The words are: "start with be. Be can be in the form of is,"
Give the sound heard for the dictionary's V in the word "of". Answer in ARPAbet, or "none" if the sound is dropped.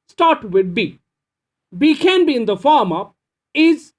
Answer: P